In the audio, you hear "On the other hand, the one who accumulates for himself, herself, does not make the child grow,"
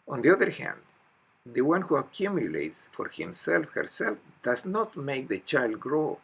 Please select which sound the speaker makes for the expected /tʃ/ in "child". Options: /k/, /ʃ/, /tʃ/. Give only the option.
/tʃ/